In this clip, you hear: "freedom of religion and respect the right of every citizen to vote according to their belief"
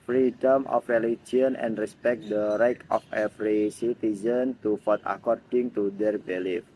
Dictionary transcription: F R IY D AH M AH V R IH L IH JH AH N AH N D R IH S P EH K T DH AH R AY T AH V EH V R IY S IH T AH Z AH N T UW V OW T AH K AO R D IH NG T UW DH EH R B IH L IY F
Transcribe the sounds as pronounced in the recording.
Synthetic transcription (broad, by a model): F R IY D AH M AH F R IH L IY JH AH N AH N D R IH S P EH K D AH R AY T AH F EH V R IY S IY T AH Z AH N T UW F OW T AH K AO R D IH NG T UW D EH R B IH L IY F